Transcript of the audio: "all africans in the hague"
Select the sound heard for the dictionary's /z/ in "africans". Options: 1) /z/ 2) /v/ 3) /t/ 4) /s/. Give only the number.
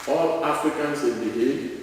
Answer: 4